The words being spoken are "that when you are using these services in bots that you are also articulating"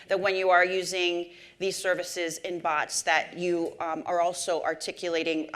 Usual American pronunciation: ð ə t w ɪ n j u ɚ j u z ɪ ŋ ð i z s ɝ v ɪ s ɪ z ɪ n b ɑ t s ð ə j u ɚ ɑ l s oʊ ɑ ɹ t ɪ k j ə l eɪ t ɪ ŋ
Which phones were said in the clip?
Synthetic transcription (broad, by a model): ð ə t w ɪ n j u ɚ j u z ɪ ŋ ð i z s ɝ v ɪ s ɪ z ɪ n b ɑ t s ð ə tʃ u ɚ ɑ l s oʊ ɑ ɹ t ɪ k j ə l eɪ t ɪ ŋ